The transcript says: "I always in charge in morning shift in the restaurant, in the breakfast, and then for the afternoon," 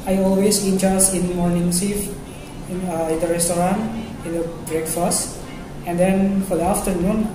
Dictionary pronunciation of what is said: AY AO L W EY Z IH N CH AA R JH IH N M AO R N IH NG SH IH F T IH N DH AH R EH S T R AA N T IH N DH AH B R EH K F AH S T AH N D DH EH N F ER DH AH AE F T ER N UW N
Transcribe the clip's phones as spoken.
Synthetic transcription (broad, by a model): AY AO L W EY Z IH N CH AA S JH IH N M AO R N IH NG S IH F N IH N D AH R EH S T R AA N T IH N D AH B R EH K F AH S T AH N D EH N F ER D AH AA F T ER N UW N